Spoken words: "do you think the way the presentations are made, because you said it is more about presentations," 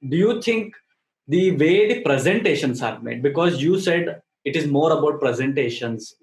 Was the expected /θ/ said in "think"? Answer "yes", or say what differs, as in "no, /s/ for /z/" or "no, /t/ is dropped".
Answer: no, /t/ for /θ/